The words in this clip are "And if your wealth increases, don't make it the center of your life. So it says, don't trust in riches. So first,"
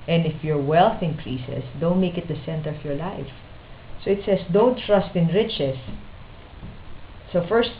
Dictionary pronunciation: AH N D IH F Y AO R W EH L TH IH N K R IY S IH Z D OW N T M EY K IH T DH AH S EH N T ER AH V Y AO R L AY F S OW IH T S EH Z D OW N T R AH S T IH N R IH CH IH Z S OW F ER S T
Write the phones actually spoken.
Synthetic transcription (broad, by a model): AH N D IH F Y AO R W EH L TH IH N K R IY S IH S D OW N T M EY K IH T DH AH S EH N T ER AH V Y AO R L AY F S OW IH T S EH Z D OW N T R AH S T IH N R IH CH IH S OW F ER S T